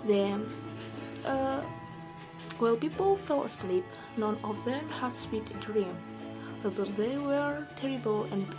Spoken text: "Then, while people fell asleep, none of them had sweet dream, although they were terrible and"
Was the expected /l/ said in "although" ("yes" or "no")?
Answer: no